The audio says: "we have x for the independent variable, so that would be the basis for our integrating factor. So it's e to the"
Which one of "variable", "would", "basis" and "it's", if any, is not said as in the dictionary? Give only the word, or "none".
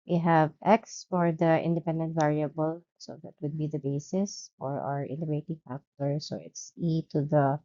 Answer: none